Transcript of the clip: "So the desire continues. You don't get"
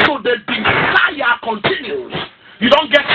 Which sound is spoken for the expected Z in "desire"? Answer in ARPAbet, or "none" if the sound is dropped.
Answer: S